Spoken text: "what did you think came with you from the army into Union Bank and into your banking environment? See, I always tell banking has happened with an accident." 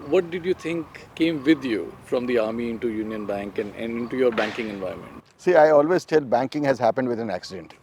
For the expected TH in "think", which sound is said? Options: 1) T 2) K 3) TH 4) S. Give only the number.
1